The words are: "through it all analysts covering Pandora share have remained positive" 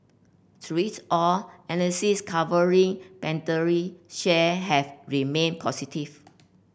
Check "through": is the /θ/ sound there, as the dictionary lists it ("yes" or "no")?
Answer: no